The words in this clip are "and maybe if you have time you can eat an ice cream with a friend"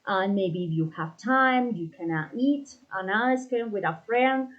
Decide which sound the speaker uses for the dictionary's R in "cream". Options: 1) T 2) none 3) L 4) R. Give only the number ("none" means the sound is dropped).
2